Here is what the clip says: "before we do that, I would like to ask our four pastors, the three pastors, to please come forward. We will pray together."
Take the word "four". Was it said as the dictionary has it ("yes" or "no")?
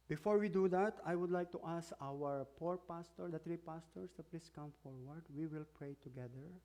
no